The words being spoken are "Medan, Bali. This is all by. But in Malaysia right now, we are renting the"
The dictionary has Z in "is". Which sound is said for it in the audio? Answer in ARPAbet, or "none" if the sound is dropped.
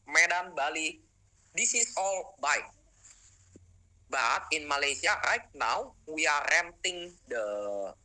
S